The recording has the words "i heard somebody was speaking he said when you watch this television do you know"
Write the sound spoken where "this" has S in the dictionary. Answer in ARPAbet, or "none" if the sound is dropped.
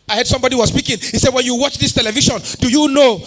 S